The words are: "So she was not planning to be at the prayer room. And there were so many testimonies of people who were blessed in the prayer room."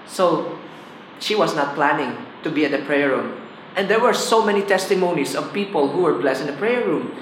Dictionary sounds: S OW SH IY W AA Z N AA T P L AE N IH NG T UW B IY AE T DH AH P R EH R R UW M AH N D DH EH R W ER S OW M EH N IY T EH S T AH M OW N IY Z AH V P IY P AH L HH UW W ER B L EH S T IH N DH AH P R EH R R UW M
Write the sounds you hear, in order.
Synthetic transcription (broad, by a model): S OW SH IY W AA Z N AA T P L AE N IH NG T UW B IY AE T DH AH P R EH R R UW M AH N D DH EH R W ER S OW M EH N IY T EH S T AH M OW N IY S AH V P IY P AH L HH UW W ER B L EH S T IH N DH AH P R EH R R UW M